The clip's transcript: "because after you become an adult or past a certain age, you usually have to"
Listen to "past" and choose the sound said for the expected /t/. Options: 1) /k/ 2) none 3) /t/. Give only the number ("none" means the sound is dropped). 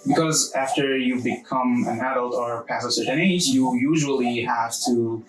2